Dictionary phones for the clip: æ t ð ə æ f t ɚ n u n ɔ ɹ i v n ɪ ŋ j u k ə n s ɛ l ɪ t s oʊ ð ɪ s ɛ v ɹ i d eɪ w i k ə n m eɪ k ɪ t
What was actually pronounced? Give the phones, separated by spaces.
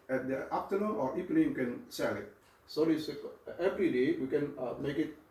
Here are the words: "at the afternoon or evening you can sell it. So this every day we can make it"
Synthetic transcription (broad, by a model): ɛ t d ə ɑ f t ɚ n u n ɔ ɹ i p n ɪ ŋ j k ə n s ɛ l ɪ t s oʊ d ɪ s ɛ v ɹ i d eɪ w i k ə n m eɪ k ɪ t